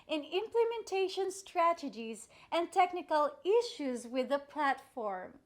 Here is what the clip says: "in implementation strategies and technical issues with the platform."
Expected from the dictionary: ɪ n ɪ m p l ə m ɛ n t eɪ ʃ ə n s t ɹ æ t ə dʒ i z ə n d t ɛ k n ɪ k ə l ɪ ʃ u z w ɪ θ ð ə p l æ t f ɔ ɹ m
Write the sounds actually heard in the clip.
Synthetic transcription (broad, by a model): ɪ n ɪ m p l ə m ɛ n t eɪ ʃ ə n s t ɹ æ t ə dʒ i z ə n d t ɛ k n ɪ k ə l ɪ ʃ u z w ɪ ð ə p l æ t f ɔ ɹ m